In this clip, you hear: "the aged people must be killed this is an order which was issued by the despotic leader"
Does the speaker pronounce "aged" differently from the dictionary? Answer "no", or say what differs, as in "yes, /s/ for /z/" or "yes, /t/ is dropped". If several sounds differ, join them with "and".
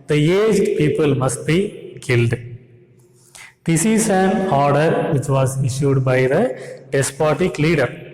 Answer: no